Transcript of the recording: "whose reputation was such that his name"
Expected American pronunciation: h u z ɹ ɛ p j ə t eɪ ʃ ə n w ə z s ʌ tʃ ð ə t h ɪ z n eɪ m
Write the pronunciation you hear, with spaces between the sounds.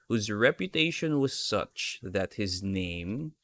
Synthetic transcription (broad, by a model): h u z ɹ ɛ p j ə t eɪ ʃ ə n w ə z s ʌ tʃ ð ə t h ɪ z n eɪ m